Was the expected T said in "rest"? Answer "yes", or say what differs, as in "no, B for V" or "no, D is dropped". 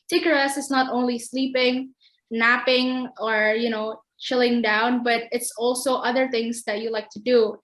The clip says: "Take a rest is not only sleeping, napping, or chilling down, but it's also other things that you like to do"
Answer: no, T is dropped